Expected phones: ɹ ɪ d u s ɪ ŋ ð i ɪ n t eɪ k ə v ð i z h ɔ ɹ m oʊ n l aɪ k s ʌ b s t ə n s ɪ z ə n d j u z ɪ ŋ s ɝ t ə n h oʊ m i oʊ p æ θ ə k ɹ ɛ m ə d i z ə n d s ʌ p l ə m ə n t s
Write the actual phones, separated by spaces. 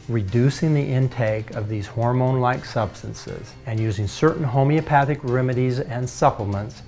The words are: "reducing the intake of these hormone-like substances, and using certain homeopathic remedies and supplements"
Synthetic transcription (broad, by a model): ɹ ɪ d u s ɪ ŋ ð i ɪ n t eɪ k ə v ð i z h ɔ ɹ m oʊ n l aɪ k s ʌ b s t ə n s ɪ z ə n j u z ɪ ŋ s ɝ t n h oʊ m i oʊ p æ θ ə k ɹ ɛ m ə d i z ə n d s ʌ p l m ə n t s